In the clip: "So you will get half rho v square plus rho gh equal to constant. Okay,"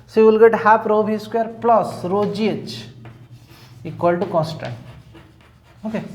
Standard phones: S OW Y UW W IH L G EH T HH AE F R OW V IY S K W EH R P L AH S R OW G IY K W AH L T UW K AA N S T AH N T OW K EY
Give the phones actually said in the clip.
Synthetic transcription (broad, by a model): S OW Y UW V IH L G EH T HH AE P R OW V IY S K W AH R P L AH S R OW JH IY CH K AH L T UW K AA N S T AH N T OW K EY